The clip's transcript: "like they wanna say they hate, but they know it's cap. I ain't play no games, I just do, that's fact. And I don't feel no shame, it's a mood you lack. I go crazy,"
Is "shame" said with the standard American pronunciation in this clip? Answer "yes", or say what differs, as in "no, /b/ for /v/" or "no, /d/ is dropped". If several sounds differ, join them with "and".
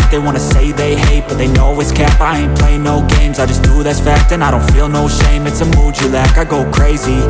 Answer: yes